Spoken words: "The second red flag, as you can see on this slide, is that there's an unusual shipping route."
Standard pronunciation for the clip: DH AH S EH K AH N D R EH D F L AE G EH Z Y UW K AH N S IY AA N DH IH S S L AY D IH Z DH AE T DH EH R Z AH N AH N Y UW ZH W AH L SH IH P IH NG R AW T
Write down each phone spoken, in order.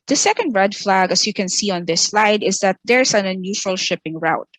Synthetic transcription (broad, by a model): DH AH S EH K AH N D R EH D F L AE G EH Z Y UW K AH N S IY AA N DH IH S S L AY D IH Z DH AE T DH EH R S AH N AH N Y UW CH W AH L SH IH P IH NG R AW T